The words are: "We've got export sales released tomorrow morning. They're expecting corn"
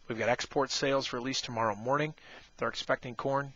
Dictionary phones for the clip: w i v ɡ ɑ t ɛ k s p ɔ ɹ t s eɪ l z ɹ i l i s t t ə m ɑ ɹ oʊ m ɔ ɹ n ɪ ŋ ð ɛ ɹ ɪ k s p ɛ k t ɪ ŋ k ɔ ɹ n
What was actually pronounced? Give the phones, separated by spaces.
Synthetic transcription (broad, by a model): w i v ɡ ɑ t ɛ k s p ɔ ɹ t s eɪ l z ɹ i l i s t t ə m ɑ ɹ oʊ m ɔ ɹ n ɪ ŋ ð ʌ ɹ ɪ k s p ɛ k t ɪ ŋ k ɔ ɹ n